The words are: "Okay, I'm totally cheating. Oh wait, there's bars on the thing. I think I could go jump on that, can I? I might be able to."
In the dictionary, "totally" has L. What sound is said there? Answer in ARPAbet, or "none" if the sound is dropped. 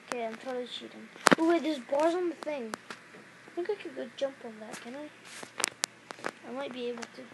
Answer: none